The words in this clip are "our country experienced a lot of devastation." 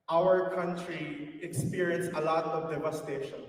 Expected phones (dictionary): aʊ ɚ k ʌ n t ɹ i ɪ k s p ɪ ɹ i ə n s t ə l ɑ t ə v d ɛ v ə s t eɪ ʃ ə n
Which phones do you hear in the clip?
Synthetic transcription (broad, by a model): aʊ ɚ k ʌ n t ɹ i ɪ k s p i ɹ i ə n s ə l ɑ t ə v d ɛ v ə s t eɪ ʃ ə n